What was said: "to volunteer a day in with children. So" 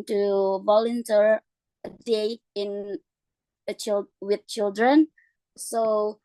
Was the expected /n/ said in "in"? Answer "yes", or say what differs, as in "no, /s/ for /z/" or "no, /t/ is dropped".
no, /l/ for /n/